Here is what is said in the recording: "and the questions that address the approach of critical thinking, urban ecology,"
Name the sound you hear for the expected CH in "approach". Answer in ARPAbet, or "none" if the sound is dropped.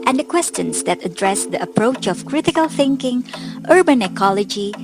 CH